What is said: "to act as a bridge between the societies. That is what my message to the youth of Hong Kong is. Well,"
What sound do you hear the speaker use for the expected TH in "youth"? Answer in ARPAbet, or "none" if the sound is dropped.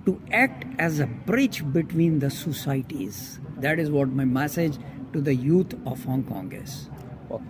T